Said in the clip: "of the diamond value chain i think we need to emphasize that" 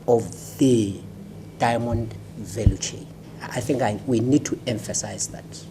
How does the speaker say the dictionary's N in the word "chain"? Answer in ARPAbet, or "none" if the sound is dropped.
none